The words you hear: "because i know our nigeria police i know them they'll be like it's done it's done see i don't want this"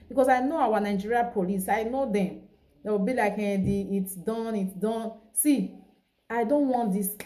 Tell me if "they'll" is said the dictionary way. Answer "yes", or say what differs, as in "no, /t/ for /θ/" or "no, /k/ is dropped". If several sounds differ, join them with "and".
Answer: no, /w/ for /l/